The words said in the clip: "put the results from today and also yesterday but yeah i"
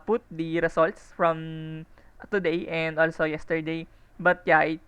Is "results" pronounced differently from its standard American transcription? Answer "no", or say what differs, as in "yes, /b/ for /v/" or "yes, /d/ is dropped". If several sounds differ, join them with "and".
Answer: yes, /s/ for /z/